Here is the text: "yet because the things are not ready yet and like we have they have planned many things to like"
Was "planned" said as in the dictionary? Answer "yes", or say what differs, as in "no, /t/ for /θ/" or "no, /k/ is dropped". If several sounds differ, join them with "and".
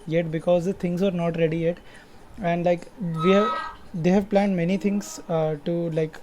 yes